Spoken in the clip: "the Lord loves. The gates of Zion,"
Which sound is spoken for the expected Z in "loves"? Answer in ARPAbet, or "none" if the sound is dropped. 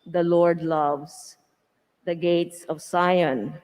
S